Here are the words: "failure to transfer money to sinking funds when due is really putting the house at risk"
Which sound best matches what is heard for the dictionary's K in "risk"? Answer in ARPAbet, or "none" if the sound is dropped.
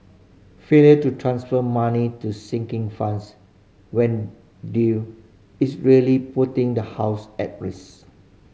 none